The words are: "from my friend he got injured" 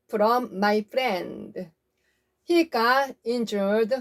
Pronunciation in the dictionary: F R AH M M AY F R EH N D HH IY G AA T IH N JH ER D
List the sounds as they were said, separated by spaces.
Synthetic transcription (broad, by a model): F R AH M M AY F R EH N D HH IY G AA IH N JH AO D